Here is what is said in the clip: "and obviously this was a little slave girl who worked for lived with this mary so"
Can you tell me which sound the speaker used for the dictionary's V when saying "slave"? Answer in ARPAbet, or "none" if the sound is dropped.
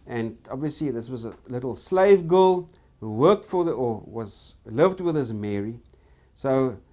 V